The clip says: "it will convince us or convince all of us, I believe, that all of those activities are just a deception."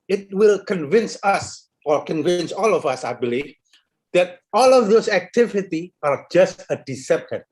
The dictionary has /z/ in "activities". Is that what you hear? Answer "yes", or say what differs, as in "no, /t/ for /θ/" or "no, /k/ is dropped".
no, /z/ is dropped